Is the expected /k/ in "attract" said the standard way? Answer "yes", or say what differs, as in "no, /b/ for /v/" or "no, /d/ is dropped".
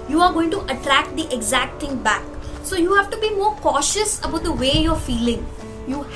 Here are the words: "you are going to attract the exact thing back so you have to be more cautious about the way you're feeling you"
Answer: yes